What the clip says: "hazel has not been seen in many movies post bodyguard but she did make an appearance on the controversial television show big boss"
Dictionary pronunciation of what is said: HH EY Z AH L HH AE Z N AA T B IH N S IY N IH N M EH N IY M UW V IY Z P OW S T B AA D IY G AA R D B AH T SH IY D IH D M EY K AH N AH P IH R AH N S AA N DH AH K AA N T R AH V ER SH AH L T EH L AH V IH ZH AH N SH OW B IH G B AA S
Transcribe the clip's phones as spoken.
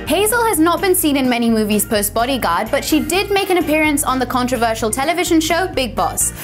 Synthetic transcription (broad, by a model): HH EY Z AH L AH Z N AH T B IH N S IY N IH N M EH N IY M UW V IY Z P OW S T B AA D IY G AA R D B AH T SH IY D IH D M EY K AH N AH P IH R AH N S N DH AH K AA N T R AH V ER SH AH L T EH L AH V IH ZH AH N SH OW B IH G B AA S